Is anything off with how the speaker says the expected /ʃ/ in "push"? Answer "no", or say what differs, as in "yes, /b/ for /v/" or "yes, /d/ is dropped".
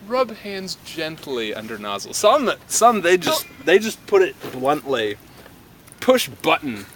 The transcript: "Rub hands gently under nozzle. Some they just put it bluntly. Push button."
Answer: no